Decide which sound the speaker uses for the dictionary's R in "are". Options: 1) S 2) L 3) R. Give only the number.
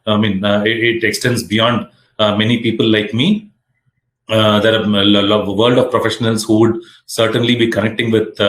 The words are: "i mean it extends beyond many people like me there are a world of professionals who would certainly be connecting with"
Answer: 2